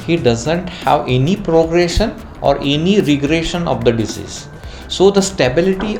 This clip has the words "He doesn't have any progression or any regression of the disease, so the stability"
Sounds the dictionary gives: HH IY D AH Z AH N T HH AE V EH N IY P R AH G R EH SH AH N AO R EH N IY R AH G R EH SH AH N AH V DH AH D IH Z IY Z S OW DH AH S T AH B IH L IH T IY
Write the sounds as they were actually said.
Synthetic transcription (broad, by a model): HH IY D AH Z AH N T HH AE V EH N IY P R AH G R EH SH AH N AO R EH N IY R AH G R EH SH AH N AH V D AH D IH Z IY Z S OW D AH S T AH B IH L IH T IY